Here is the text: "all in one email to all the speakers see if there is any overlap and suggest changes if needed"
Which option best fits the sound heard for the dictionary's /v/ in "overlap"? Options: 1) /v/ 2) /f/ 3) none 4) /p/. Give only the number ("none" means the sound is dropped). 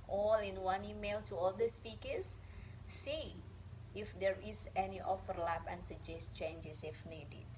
2